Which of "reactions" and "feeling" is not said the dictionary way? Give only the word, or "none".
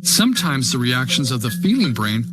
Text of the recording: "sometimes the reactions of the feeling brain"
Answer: none